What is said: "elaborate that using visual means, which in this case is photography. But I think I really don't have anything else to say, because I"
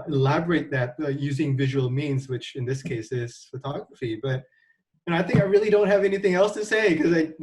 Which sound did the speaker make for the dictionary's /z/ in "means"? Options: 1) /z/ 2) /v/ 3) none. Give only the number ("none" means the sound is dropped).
1